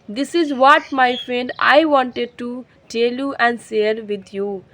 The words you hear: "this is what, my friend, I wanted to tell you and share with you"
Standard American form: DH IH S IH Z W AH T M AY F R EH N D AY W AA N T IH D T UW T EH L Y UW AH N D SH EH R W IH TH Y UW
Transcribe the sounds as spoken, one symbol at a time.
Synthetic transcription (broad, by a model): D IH S IH Z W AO T M AY F R EH N D AY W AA N T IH D T UW T EH L Y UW AH N D S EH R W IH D Y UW